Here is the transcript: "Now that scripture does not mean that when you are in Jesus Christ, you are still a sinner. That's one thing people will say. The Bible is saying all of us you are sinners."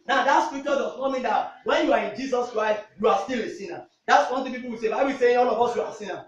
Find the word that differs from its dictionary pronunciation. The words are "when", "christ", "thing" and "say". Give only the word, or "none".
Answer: thing